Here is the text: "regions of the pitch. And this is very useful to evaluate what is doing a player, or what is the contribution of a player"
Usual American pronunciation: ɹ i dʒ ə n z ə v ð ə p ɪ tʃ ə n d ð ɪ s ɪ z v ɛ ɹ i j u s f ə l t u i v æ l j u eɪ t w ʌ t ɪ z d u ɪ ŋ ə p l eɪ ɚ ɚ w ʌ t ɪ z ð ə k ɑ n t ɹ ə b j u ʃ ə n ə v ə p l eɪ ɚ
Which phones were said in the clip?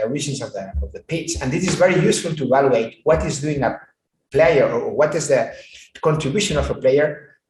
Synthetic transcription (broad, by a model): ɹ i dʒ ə n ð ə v ð ə p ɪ s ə n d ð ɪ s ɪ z v ɛ ɹ i j u s f ə l t u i v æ l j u eɪ t w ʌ t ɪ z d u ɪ ŋ ə p l eɪ ɚ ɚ w ʌ t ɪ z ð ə k ɑ n t ɹ ə b j u ʃ ə n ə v ə p l eɪ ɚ